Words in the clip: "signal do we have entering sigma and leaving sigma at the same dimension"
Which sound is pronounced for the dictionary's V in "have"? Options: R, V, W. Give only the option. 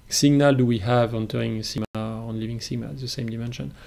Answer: V